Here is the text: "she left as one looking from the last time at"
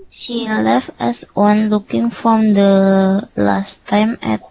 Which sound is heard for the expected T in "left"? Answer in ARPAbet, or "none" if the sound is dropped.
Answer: T